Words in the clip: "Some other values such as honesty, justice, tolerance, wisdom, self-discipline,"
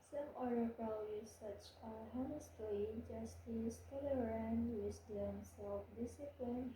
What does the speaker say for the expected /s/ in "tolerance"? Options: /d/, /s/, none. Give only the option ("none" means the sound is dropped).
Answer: none